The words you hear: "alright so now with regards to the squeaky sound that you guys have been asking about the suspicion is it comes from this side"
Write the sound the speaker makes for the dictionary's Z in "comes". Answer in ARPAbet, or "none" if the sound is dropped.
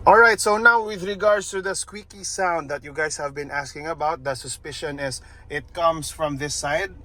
S